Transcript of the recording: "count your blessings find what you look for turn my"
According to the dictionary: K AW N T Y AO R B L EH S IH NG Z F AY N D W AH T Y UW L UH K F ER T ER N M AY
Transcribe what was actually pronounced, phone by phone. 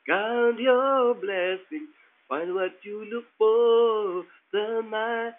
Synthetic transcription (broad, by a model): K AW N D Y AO B L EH S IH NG F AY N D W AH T Y UW L UH K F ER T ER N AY